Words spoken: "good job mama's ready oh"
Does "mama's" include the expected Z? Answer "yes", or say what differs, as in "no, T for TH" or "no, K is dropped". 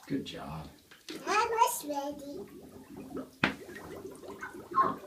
no, S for Z